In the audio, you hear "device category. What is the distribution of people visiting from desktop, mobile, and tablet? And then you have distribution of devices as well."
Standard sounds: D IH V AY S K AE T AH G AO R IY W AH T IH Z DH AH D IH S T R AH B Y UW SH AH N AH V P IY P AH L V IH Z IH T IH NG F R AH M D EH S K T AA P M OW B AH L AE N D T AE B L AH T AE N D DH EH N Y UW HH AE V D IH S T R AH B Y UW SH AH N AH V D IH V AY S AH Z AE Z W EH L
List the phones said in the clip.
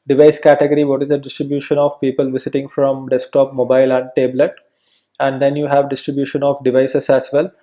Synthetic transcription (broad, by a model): D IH V AY S K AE T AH G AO R IY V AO T IH Z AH D IH S T R AH B Y UW SH AH N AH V P IY P AH L V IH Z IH T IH NG F R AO M D EH S K T AA P M OW B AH L AE N D T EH B L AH T AE N D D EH N Y UW HH AE V D IH S T R AH B Y UW SH AH N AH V D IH V AY S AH S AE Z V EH L